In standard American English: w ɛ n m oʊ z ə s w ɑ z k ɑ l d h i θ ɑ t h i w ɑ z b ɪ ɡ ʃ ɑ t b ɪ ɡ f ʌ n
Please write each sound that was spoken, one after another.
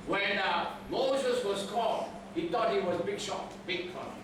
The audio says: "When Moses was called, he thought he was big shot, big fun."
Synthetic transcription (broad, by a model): w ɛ n m oʊ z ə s w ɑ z k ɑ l h i t ɑ t h i w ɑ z b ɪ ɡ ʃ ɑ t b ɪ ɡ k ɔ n